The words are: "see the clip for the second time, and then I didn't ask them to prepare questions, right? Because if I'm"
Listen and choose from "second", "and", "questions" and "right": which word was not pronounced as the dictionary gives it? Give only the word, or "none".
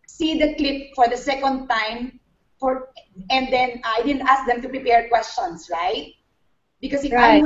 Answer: questions